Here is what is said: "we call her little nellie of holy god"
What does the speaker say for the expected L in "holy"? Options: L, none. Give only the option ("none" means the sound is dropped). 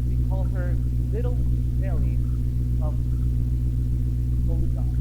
none